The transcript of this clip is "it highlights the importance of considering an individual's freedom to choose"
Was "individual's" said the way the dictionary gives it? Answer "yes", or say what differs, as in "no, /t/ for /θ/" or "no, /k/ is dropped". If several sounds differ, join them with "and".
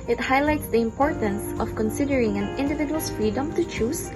no, /z/ is dropped